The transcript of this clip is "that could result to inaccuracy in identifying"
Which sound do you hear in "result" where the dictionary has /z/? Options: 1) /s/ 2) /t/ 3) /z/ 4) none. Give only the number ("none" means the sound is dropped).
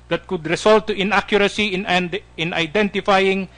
1